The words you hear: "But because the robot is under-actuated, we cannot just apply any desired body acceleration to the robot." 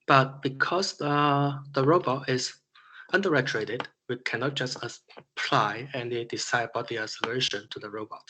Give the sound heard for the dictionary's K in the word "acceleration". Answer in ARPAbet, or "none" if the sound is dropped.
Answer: none